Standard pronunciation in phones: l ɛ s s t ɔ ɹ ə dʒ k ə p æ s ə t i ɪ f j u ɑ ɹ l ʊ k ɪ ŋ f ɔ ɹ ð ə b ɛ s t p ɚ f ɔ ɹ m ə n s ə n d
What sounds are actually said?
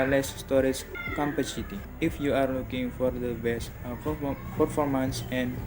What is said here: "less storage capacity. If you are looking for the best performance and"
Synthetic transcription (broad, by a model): l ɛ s s t ɔ ɹ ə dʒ k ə p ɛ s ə t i ɪ f j u ɑ ɹ l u k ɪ ŋ f ɔ ɹ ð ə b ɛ s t p ɚ f ɔ ɹ m ə n s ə n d